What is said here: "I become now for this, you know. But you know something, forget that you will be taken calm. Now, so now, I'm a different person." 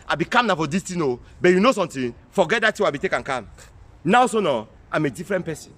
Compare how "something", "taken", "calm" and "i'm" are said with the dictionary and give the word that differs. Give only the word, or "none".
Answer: something